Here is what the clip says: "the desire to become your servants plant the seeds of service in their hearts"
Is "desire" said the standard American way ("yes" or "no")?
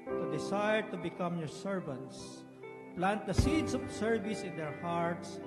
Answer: no